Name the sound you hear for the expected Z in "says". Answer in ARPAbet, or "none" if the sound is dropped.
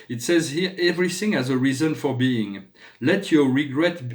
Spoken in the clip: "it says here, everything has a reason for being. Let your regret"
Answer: Z